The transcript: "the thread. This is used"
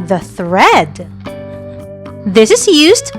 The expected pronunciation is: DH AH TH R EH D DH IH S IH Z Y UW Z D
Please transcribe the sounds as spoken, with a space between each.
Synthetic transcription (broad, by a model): DH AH TH R EH D DH IH S IH Z Y UW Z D